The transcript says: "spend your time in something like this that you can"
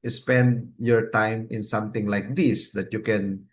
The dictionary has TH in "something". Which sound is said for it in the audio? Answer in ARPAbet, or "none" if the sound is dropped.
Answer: T